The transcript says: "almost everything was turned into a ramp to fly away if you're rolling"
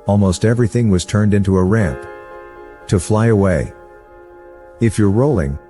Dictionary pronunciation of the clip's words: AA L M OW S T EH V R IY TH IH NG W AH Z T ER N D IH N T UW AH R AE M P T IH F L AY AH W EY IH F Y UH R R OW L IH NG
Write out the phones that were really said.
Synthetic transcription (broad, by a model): AA L M OW S T EH V R IY TH IH NG W AH Z T ER N D IH N T UW AH R AE M P T IH F L AY AH W EY IH F Y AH R R OW L IH NG